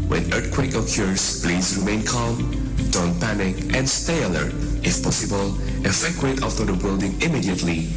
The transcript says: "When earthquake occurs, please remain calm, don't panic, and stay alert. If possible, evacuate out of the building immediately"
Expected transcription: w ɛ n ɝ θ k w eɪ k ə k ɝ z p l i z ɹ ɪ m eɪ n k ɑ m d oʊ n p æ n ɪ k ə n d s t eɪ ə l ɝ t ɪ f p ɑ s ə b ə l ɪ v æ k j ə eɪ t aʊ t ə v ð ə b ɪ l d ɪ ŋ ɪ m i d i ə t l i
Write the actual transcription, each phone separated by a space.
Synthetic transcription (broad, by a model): w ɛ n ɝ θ k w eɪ k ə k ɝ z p l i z ɹ ɪ m eɪ n k ɑ m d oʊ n p æ n ɪ k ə n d s t eɪ ə l ɝ t ɪ f p ɑ s ə b ə l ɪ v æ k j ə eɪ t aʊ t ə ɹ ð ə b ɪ l d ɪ ŋ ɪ m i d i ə t l i